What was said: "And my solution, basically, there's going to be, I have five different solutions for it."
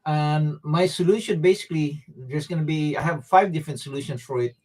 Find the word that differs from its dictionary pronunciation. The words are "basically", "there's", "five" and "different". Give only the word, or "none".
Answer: there's